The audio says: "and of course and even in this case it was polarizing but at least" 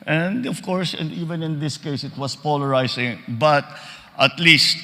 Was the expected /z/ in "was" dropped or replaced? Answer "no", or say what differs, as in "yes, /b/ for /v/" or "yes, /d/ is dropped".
yes, /s/ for /z/